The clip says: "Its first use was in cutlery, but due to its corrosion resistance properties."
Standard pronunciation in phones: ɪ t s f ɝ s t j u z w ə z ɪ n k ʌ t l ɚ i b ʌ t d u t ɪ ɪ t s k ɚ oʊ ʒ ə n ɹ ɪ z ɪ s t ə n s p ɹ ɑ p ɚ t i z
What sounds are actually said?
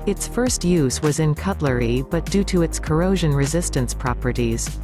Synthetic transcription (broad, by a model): ɪ t s f ɝ s t j u z w ə z ɪ n k ʌ t l ɚ i b ʌ t d u t ɪ ɪ t s k ɚ oʊ ʒ ə n ɹ ɪ z ɪ s t ə n s p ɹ ɑ p ɚ t i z